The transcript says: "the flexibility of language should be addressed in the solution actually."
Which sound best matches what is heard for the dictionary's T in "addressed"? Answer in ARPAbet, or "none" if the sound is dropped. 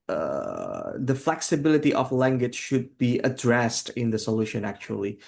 T